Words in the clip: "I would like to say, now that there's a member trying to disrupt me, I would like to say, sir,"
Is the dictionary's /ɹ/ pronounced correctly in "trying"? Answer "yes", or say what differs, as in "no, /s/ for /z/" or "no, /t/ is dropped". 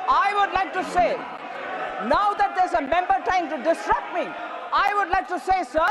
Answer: no, /ɹ/ is dropped